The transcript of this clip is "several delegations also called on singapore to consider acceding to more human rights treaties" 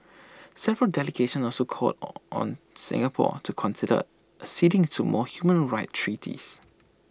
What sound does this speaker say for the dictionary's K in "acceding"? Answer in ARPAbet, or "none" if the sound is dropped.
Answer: none